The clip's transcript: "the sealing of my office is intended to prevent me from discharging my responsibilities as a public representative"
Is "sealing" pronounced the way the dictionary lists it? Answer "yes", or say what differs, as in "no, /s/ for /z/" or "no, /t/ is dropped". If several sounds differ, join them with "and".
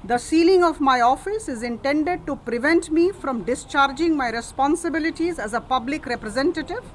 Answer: yes